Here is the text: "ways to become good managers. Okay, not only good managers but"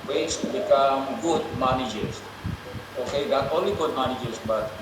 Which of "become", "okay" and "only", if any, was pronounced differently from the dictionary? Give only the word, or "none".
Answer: become